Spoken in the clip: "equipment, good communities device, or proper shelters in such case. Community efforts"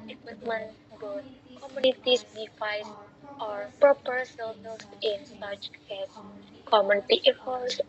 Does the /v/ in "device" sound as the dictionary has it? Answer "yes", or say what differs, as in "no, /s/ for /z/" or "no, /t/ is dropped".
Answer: no, /f/ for /v/